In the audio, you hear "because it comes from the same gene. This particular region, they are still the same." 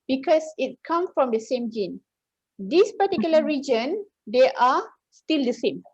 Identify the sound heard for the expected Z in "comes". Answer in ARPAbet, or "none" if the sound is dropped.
none